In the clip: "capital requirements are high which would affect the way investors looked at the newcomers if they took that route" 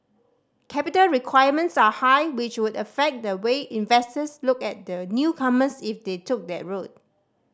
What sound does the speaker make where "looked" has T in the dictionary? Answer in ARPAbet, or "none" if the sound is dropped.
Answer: none